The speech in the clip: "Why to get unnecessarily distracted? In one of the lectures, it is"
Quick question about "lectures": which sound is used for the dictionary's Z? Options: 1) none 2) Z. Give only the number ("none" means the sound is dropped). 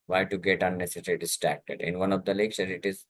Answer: 1